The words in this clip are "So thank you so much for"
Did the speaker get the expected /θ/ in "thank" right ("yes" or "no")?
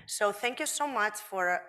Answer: yes